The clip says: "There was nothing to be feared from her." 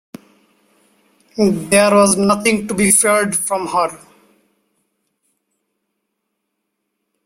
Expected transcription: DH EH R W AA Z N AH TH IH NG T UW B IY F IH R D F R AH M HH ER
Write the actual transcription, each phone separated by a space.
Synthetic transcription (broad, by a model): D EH R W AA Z N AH T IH NG T UW B IY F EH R D F R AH M HH ER